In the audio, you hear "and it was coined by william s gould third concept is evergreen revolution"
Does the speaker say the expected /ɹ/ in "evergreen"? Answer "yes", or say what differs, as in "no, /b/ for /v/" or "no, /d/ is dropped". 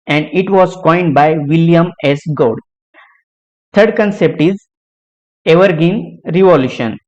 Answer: no, /ɹ/ is dropped